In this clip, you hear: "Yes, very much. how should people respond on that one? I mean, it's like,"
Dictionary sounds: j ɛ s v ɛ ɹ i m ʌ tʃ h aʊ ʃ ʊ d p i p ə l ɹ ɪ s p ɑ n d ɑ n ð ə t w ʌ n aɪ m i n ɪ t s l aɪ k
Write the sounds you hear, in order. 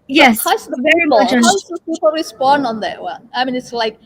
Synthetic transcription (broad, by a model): j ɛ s v ɛ ɹ i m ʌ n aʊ s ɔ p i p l ɹ ɪ s p ɑ n d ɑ n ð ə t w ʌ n aɪ m i n ɪ t s l aɪ k